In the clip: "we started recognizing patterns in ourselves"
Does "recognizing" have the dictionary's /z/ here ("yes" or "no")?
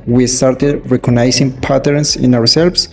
no